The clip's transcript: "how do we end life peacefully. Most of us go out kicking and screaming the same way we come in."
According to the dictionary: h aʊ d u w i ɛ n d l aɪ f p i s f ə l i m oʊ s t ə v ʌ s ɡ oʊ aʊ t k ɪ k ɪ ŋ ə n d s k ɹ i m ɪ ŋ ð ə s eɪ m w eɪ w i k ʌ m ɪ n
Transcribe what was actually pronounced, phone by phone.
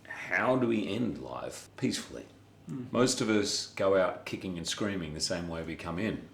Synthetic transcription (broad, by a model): h aʊ d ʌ w i ɛ n d l aɪ f p i s f l i m oʊ s t ə v ʌ s ɡ oʊ aʊ t k ɪ k ɪ ŋ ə n s k ɹ i m ɪ ŋ ð ə s eɪ m w eɪ w i k ʌ m ɪ n